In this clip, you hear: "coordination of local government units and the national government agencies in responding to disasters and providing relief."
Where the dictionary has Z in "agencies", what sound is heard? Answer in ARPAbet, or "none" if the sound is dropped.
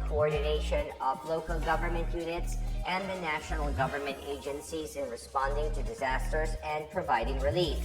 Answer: Z